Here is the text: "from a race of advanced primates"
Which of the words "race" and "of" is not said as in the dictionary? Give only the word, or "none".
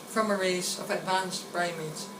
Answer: none